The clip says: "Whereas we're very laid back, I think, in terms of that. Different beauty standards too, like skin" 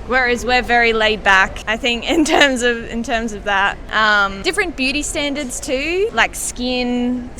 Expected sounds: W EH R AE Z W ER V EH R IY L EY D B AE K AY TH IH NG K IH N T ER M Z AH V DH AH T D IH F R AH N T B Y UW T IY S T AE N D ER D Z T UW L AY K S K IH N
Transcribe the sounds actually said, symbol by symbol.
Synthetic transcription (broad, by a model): W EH R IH Z W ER V EH R IY L EY D B AE K AY TH IH NG K IH N T ER M Z AH V DH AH T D IH F R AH N B Y UW T IY S T AE N D ER D Z T UW L AY K S K IH N